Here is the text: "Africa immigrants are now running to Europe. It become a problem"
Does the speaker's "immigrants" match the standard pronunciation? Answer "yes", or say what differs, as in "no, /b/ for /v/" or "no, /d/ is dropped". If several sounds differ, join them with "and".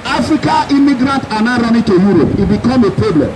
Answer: no, /s/ is dropped